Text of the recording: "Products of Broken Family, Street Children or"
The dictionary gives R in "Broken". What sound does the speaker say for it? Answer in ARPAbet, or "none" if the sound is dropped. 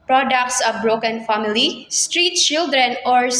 R